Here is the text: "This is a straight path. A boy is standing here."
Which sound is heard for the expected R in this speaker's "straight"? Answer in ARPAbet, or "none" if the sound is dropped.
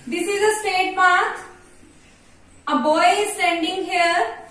none